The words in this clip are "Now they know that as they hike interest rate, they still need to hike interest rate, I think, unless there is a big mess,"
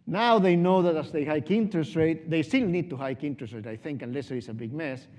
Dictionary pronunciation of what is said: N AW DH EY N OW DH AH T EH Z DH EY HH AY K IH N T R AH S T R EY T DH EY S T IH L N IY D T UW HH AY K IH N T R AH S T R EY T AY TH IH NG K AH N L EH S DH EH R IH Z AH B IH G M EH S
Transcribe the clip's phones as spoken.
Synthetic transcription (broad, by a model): N AW DH EY N OW DH AH T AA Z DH EY HH AY K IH N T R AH S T R EY T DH EY S T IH L N IY D T UW HH AY K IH N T R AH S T R EY T AY TH IH NG K AH N L EH S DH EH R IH S AH B IH G M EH S